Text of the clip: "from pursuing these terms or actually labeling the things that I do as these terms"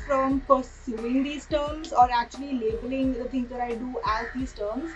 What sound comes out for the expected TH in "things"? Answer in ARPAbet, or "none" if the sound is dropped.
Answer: T